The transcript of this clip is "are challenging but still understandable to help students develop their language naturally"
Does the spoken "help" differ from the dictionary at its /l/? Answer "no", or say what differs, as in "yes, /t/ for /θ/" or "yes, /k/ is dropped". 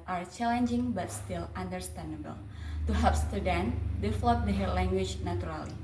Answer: yes, /l/ is dropped